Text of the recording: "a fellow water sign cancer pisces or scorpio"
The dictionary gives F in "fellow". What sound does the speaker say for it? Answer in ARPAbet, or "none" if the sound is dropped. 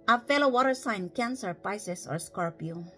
F